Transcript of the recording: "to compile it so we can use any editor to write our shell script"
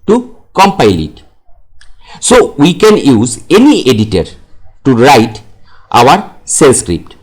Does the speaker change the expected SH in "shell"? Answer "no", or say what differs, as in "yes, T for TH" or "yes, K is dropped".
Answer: yes, S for SH